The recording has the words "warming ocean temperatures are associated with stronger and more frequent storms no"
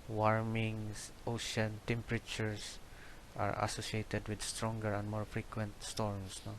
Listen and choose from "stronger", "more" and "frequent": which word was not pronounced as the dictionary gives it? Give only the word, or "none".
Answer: none